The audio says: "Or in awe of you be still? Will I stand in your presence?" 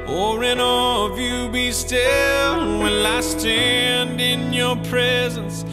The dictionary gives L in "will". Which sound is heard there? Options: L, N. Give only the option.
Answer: N